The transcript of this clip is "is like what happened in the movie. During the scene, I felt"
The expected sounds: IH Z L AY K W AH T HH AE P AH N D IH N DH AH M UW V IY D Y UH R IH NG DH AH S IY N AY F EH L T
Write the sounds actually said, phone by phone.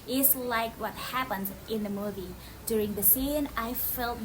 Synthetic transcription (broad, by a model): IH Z L AY K W AH T HH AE P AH N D IH N DH AH M UW V IY D Y UH R IH NG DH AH S IY N AY F EH L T